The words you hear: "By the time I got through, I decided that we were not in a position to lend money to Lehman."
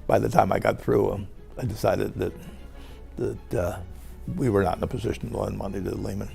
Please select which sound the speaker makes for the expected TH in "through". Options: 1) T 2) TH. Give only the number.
2